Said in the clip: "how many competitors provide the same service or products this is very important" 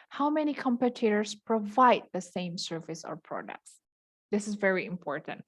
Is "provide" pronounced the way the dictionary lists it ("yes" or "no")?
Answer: yes